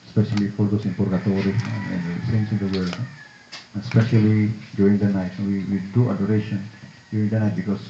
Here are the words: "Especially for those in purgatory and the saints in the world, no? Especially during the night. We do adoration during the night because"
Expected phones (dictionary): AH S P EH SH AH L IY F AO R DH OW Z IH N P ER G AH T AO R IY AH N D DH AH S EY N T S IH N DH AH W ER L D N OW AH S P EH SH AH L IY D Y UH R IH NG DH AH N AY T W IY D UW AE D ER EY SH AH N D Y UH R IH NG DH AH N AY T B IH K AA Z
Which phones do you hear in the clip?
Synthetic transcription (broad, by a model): S P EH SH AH L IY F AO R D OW S IH N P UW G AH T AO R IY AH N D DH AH S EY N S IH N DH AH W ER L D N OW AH S P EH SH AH L IY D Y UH R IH NG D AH N AY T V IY D UW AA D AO EY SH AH N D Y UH R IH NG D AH N AY T B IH K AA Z